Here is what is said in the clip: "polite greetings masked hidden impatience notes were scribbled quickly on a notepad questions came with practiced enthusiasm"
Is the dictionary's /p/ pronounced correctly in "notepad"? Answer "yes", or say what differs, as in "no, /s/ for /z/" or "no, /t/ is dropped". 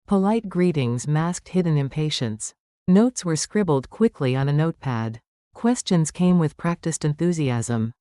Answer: yes